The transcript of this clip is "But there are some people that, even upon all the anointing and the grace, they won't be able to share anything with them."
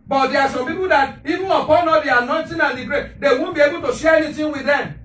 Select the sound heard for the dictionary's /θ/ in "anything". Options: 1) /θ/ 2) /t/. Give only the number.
2